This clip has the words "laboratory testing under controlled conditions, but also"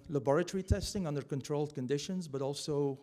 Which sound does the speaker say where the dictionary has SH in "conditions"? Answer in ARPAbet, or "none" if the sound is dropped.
SH